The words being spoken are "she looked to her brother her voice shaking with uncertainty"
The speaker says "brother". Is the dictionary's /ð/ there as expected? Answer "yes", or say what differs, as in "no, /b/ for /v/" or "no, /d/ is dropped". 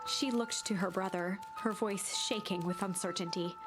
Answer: yes